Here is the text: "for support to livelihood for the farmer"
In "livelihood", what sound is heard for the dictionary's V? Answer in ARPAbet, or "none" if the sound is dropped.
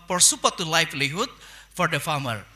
F